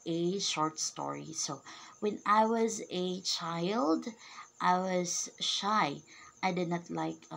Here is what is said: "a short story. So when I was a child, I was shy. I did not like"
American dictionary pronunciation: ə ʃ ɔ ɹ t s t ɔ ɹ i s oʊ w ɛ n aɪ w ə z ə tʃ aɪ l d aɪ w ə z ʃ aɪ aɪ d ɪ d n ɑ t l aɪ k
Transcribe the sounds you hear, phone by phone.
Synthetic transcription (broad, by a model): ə ʃ ɔ ɹ t s t ɔ ɹ i s oʊ w ɛ n aɪ w ə z ə tʃ aɪ l d aɪ w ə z ʃ aɪ aɪ d ɪ d n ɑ t l aɪ k